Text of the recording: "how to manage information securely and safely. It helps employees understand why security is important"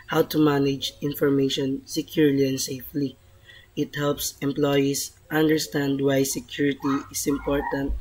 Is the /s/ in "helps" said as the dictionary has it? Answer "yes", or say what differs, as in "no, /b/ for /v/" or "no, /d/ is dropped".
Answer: yes